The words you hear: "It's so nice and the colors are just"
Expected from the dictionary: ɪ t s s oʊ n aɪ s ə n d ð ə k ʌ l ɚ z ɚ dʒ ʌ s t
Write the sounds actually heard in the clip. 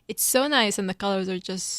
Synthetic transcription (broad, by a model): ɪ t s s oʊ n aɪ s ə n ð ə k ʌ l ɚ z ɚ dʒ ʌ s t